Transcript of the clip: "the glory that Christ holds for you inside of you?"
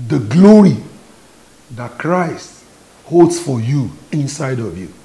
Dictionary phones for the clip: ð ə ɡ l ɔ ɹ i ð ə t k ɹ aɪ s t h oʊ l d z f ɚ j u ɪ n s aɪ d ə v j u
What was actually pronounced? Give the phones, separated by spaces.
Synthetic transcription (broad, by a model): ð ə ɡ l ɔ ɹ i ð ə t k ɹ aɪ s t h oʊ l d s f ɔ j u ɪ n s aɪ d ə v j u